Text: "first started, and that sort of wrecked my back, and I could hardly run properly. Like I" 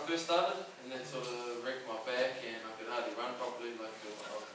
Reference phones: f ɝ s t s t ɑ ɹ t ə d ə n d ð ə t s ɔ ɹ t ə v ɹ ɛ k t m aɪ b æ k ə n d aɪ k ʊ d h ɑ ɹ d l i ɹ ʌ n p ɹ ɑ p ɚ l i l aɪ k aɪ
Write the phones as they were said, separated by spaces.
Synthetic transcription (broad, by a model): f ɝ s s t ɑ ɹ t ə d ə n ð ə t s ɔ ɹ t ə ɹ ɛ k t m aɪ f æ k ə n aɪ k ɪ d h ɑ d i ɹ ʌ n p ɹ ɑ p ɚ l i l aɪ k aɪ